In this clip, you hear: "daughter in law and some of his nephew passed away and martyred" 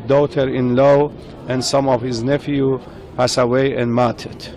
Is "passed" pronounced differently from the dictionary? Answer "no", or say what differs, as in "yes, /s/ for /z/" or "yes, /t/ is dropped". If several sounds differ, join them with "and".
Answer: yes, /t/ is dropped